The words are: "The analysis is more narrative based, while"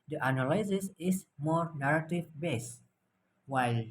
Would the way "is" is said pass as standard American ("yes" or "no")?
no